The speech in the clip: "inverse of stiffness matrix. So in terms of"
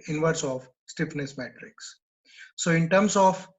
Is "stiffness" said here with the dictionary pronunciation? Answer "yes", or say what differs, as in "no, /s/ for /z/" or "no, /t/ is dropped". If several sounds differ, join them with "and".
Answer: yes